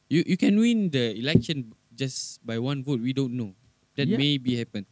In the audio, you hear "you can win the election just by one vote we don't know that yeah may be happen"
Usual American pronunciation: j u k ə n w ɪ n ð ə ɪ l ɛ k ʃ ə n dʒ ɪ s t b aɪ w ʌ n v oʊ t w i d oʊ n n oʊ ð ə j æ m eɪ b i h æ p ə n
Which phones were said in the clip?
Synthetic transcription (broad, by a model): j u k ə n w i n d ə ɪ l ɛ k ʃ ə n dʒ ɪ s b aɪ w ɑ n v oʊ t w i d oʊ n n oʊ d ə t m eɪ b i h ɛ p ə n